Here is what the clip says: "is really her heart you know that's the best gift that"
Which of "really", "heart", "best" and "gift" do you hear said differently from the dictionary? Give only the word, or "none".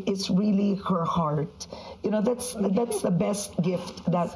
none